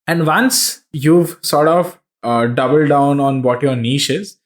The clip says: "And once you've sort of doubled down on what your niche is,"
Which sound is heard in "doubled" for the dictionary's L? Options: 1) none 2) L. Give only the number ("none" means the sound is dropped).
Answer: 2